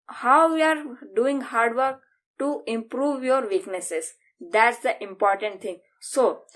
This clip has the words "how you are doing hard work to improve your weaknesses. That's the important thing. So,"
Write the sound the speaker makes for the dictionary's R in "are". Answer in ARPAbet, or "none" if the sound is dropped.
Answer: R